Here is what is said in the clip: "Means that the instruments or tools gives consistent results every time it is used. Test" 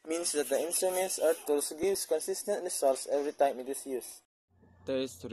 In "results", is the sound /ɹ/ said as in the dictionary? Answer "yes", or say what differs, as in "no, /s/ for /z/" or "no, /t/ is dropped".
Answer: no, /l/ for /ɹ/